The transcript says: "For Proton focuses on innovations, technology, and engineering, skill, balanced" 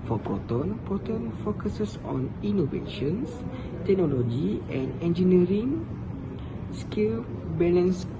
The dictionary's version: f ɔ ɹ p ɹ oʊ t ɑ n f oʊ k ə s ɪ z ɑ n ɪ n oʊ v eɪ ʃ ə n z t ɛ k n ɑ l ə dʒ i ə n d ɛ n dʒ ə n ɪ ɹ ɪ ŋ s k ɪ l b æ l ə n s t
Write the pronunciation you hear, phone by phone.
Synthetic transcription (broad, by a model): f ɔ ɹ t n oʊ t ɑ n f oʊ k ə s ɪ s ɑ n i n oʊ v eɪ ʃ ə n s t ɛ k n ɑ l ə dʒ i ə n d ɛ n dʒ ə n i ɹ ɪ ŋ s k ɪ l b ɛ l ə n s